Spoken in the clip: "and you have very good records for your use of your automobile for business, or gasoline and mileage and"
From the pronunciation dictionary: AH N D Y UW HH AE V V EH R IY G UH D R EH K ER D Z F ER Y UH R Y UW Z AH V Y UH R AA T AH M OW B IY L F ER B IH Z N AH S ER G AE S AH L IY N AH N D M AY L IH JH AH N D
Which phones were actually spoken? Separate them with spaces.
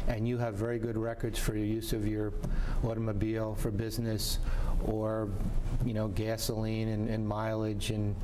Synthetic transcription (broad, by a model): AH N Y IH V V EH R IY G UH D R EH K ER D Z F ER R Y UW Z AH V Y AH R AA T AH M OW B IY L F ER B IH Z N AH S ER G AE S AH L IY N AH N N M AY L IH JH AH N